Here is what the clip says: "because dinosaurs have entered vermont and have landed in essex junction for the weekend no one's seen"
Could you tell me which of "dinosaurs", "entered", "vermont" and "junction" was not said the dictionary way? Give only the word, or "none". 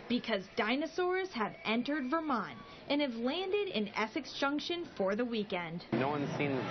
none